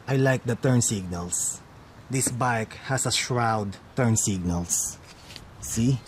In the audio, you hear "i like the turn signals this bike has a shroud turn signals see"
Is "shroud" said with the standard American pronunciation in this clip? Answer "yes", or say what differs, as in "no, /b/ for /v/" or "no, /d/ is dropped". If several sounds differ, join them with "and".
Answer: yes